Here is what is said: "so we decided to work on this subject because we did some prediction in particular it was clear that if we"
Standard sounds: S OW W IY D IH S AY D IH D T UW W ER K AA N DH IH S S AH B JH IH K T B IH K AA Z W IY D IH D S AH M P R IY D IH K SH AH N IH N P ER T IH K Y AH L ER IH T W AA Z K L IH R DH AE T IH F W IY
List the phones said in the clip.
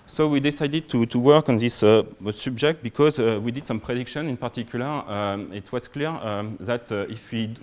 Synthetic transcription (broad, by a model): S OW W IY D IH S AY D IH D T UW W ER K AA N DH IH S S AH B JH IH K T B IH K AA Z W IY D IH D S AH M P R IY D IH K SH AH N IH N P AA T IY K Y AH L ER IH T W AA Z K L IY R DH AE T IH F W IY